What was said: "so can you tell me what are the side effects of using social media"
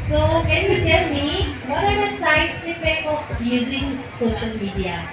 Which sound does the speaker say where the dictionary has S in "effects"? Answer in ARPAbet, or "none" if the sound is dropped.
none